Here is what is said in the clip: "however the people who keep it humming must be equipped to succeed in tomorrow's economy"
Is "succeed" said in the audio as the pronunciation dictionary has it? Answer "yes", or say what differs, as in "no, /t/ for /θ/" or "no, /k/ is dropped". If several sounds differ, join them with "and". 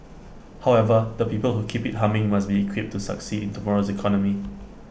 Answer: yes